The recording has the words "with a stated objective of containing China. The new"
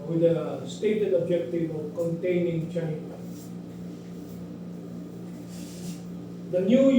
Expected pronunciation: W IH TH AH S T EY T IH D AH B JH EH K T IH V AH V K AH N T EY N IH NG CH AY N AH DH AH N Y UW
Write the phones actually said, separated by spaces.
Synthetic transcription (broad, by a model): W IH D AH S T EY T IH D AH B JH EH K T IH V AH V K AH N T EY N IH NG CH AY L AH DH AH N Y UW